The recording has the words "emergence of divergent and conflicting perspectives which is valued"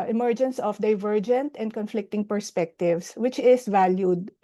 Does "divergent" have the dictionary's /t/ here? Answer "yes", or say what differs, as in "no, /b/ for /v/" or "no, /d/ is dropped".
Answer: yes